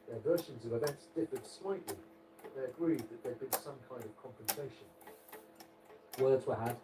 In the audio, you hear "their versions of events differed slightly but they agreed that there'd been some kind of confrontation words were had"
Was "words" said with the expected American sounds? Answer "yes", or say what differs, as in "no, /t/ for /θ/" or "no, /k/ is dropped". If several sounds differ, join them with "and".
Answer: yes